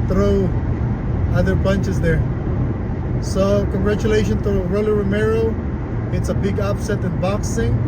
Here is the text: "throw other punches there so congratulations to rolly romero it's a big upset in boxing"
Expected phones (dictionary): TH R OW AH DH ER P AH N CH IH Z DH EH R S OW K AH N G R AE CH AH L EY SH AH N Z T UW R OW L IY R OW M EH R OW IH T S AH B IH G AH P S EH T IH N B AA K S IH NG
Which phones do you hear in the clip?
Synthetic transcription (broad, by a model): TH R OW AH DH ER B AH N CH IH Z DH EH R S OW K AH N G R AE CH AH L EY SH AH N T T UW R OW L IY R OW M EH R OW IH T S AH B IH G AH P S EH T IH N B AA K S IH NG